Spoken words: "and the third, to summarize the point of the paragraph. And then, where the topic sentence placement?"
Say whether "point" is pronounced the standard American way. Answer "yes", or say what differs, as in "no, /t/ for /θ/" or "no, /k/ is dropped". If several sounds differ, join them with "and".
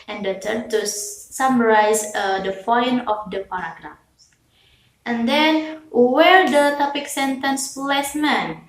no, /f/ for /p/